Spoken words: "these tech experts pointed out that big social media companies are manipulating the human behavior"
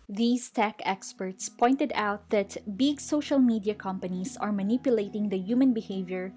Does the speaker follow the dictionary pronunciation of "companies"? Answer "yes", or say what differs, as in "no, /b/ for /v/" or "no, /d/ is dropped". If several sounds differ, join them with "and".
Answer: no, /s/ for /z/